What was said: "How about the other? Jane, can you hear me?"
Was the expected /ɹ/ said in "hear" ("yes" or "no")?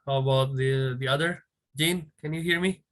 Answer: yes